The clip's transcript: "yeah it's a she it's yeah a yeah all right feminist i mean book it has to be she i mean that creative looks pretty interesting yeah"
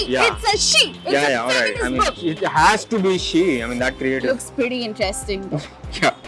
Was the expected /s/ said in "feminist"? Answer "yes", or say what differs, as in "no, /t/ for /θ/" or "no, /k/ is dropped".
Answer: no, /s/ is dropped